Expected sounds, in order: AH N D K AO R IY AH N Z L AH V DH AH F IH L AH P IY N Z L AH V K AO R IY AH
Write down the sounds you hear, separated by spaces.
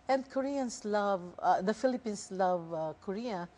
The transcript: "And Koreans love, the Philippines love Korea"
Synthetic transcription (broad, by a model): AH N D K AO R IY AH N S L AH V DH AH F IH L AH P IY N S L AH V K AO R IY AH